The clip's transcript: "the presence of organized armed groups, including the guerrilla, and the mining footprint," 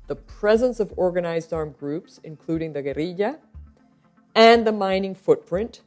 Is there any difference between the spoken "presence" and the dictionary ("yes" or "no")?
no